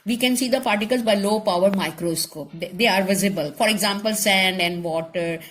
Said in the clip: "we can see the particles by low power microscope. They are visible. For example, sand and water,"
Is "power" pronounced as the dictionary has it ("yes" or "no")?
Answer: yes